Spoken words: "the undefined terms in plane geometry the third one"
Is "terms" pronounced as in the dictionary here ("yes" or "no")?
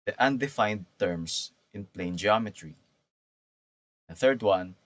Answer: no